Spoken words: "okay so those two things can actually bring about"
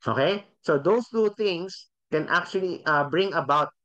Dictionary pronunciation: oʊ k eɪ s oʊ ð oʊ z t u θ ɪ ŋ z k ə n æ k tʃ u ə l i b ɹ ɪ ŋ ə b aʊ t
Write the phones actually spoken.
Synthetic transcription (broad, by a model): oʊ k eɪ s oʊ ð oʊ s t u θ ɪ ŋ s k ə n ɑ k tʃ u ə l i b ɹ ɪ ŋ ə b aʊ t